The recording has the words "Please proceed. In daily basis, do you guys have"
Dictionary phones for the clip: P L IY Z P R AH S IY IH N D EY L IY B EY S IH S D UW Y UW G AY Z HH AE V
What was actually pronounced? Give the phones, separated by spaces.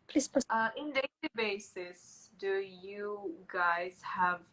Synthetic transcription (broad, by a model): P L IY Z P AH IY IH N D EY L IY B EY S IH S D UW Y UW G AY Z HH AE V